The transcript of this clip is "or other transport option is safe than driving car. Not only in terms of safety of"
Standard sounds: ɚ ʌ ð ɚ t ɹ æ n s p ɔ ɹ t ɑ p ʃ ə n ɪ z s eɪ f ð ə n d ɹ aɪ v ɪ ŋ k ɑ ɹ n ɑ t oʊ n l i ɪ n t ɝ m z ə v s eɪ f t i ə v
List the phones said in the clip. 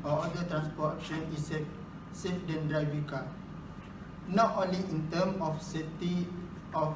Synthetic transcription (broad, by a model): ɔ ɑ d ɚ t ɹ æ n s p ɔ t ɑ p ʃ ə n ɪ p s eɪ f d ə n d ɹ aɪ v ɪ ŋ k ɑ n ɑ t oʊ n l i ɪ n t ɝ m ə f s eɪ t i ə